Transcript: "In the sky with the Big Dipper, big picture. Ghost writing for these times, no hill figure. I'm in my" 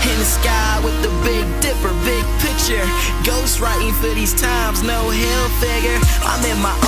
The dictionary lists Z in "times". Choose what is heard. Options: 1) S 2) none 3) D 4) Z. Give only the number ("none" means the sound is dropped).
4